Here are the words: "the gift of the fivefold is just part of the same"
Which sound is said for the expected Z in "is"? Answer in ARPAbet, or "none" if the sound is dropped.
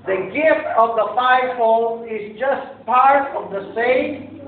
Z